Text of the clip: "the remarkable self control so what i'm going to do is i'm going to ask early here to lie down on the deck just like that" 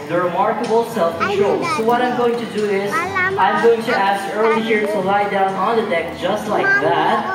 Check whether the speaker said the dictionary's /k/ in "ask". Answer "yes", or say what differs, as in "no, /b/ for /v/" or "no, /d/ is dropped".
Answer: yes